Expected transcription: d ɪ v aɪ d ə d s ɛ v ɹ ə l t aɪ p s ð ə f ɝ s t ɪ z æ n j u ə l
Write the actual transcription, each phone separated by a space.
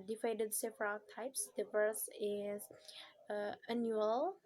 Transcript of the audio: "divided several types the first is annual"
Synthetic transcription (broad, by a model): d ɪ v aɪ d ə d s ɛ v ɹ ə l t aɪ p s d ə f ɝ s ɪ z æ n j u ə l